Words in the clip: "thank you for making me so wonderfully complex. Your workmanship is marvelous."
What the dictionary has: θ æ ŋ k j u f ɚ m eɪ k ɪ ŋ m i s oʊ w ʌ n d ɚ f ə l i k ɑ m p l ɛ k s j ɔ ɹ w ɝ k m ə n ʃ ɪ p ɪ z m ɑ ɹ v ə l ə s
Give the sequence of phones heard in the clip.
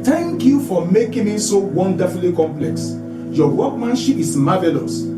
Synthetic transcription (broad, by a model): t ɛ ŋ k j u f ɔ m eɪ k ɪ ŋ m i s oʊ w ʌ n d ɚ f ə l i k ɑ m p l ɛ k s j ɔ w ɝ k m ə n ʃ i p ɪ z m ɑ v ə l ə s